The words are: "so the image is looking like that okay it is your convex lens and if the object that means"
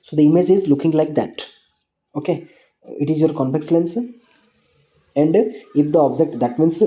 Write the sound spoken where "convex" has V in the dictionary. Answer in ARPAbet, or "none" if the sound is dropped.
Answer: P